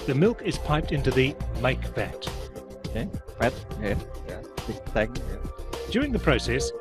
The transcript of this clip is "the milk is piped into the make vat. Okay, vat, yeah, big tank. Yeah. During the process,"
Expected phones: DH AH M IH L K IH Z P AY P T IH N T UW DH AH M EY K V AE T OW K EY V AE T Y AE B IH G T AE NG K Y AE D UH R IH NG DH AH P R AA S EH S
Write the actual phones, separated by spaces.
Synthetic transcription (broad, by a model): DH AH M IH L K IH Z P AY P T IH N T UW DH AH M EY K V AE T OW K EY P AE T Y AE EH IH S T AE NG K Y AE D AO R IH NG DH AH P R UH S EH S